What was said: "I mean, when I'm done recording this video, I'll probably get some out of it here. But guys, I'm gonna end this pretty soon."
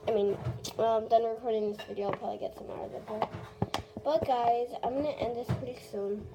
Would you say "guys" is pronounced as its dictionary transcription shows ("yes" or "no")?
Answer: yes